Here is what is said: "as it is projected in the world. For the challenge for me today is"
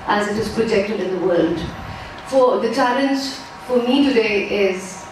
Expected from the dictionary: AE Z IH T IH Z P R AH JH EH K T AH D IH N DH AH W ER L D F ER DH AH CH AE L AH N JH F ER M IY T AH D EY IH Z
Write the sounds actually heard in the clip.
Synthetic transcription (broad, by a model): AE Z IH T IH Z P R AH JH EH K T AH D IH N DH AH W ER L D F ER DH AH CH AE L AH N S F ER M IY T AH D EY IH Z